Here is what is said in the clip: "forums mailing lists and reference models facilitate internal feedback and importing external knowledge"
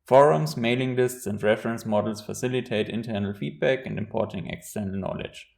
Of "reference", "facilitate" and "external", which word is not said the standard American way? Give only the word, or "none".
none